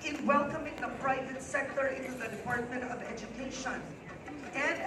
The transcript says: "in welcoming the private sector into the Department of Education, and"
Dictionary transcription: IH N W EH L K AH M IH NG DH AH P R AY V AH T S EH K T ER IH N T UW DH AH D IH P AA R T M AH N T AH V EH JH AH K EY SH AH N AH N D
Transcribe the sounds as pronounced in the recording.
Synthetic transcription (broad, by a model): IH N W EH L K AH M IH NG DH AH P R AY V AH T S EH K T ER IH N T UW DH AH D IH P AA R T M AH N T AH V EH JH AH K EY SH AH N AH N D